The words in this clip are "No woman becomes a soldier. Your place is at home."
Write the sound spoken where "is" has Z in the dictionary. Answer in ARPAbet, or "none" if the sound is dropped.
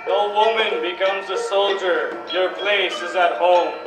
Z